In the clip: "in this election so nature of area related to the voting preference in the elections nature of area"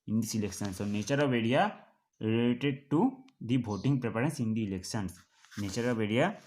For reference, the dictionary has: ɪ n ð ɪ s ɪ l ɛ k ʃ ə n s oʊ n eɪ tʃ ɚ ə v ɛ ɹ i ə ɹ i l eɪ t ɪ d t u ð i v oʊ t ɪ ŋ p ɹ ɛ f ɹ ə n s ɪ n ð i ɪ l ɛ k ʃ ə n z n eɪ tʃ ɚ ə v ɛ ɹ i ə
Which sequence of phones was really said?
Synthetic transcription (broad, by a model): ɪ n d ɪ s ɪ l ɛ k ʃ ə n s oʊ n eɪ tʃ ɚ ə v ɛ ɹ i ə ɹ i l eɪ t ɪ d t u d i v oʊ t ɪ ŋ p ɹ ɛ p ɹ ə n s ɪ n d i l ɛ k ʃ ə n s n eɪ tʃ ɚ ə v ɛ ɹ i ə